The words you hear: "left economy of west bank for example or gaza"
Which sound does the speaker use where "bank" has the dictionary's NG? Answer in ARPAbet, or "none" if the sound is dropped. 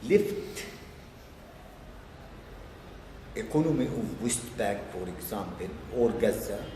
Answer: none